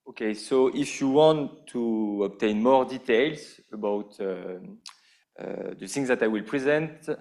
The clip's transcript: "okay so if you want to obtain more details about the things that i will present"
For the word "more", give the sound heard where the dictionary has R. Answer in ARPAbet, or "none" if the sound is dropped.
R